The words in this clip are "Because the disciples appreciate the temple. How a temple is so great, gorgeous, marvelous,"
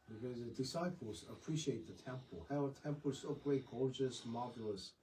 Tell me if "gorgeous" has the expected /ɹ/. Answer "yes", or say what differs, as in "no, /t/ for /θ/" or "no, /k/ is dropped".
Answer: yes